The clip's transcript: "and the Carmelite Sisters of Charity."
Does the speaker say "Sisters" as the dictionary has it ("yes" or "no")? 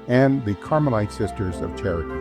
yes